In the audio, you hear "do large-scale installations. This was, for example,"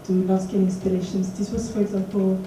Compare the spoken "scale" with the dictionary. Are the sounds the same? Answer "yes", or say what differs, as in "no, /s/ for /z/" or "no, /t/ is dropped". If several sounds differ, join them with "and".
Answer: no, /n/ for /l/